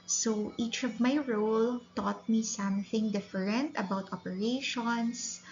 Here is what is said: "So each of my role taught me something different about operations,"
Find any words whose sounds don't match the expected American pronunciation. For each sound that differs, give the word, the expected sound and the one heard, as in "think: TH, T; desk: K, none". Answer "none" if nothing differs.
none